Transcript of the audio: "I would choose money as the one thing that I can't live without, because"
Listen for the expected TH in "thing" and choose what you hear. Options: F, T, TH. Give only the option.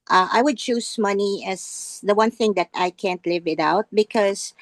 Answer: TH